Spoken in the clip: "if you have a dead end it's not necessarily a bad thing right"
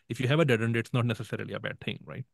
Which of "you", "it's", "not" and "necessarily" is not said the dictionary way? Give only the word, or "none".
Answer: none